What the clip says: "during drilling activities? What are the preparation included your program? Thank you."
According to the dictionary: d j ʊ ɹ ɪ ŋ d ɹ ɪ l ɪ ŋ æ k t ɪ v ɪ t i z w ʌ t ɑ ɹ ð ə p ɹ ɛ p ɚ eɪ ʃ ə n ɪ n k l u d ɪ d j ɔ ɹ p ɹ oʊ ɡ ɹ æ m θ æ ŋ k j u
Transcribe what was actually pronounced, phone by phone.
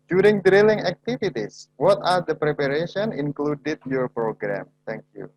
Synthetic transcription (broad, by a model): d j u ɹ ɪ ŋ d ɹ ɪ l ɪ ŋ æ k t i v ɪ t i s w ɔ t ɑ ɹ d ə p ɹ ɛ p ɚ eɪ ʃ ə n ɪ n k l u d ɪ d j ɔ ɹ p ɹ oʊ ɡ ɹ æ m t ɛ ŋ k j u